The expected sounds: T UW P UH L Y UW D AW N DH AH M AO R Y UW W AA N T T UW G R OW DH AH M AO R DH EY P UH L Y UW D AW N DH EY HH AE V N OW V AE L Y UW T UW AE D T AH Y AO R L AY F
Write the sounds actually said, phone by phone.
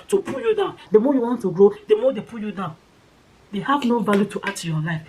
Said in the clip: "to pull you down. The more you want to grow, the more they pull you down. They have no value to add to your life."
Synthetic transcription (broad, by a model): T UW P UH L Y UW D AW N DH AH M AO Y UW W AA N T T UW G R OW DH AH M AO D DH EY P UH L Y UW D AW N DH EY HH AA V N OW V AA L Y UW T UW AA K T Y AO L AY F